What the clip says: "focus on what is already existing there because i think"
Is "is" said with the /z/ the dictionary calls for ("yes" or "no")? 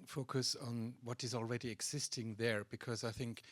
yes